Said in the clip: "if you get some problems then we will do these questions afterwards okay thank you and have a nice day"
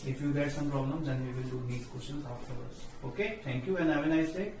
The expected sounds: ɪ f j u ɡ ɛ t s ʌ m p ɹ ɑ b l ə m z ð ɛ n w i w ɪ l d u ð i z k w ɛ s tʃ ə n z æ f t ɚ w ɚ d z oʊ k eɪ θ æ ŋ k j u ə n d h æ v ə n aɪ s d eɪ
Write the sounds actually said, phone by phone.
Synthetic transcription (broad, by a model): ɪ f j u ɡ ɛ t s ʌ m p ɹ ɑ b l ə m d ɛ n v i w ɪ l d u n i s k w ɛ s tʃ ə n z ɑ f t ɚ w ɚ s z oʊ k eɪ t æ ŋ k j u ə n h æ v ə n aɪ s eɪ